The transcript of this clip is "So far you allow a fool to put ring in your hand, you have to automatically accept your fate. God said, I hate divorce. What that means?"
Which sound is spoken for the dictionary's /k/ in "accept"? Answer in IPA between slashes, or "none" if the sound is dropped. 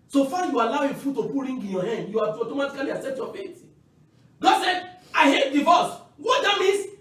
none